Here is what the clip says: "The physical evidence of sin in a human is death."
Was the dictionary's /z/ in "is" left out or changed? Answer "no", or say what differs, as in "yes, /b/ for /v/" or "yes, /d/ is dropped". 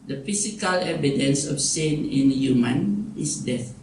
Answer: yes, /s/ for /z/